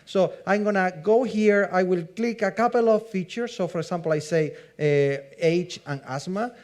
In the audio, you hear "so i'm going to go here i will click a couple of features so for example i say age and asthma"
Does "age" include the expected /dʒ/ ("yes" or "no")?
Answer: no